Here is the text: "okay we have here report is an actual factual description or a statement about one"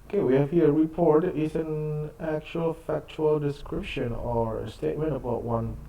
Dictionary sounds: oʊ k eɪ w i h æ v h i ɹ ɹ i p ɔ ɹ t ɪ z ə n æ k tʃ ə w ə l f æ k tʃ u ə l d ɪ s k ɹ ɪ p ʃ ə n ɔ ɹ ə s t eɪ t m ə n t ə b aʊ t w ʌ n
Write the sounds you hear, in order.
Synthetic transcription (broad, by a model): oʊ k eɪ w i h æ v h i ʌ ɹ i p ɔ ɹ t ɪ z ə n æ k tʃ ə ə l f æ k tʃ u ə l d ɪ s k ɹ ɪ p ʃ ə n ɔ ɹ ə s t eɪ t m ə n t ə b aʊ t w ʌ n